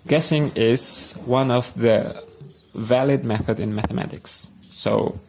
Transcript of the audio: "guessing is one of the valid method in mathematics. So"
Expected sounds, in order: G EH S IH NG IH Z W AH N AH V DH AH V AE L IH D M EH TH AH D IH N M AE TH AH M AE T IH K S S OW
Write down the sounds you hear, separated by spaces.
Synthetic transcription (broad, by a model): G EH S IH NG IH Z W AH N AH V DH AH V AE L IH D M EH TH AH D IH N M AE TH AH M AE T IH K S S OW